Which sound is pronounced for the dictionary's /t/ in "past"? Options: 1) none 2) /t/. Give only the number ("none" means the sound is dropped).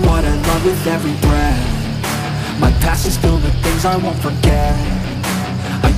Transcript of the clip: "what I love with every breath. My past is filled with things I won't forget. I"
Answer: 1